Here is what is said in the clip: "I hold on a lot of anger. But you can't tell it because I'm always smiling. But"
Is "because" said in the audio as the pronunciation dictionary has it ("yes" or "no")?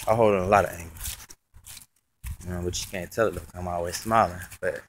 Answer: no